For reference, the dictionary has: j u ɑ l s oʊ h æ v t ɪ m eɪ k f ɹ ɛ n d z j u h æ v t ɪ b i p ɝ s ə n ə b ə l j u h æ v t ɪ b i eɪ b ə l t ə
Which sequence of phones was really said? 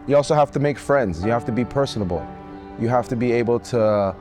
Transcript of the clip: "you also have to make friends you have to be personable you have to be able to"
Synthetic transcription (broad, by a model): j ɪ ɑ l s oʊ h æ f t ɪ m eɪ k f ɹ ɛ n d z j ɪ h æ f t ɪ b i p ɝ s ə n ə b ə l j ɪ h æ f t ɪ b i eɪ b l t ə